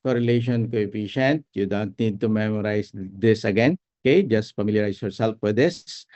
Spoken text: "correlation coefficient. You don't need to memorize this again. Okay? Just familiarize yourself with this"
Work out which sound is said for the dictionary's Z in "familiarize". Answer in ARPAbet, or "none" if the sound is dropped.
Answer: S